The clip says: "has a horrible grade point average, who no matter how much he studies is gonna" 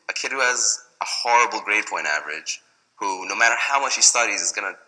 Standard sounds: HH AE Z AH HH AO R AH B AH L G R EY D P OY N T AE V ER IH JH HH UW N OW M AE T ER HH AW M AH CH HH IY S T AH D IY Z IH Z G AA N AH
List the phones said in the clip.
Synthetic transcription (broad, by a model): HH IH Z AH HH AO R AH B L G R EY D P OY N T AE V ER IH JH HH UW N OW M AE T ER HH AW M AH CH HH IY S T AH D IY Z IH Z G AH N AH